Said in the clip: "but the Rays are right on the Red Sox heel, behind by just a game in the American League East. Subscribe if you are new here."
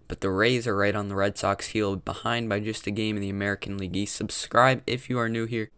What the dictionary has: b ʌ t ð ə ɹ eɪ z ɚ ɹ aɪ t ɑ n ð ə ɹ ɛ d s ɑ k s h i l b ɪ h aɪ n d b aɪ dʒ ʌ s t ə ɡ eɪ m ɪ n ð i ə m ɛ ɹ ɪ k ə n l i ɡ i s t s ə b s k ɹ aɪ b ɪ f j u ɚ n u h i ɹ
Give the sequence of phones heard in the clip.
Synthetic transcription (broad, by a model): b ʌ t ð ə ɹ eɪ z ɚ ɹ aɪ t n ð ə ɹ ɛ d s ɑ k s h i l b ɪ h aɪ n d b aɪ dʒ ʌ s t ə ɡ eɪ m ɪ n ð i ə m ɛ ɹ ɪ k n l i ɡ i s s ə b s k ɹ aɪ b ɪ f j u ɚ n u h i ɹ